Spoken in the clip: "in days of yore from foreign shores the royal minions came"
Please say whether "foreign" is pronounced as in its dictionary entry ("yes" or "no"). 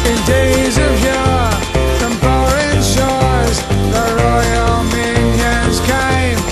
no